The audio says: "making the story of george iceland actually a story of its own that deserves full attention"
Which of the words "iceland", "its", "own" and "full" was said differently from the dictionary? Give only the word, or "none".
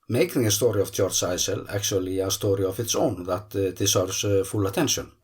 iceland